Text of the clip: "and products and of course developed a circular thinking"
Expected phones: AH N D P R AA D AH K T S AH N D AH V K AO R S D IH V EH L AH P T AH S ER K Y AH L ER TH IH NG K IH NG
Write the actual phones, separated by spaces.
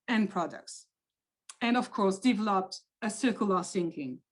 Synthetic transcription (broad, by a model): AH N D P R AA D AH K T S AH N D AH V K AO R S D IH V EH L AH P T AH S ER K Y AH L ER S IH NG K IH NG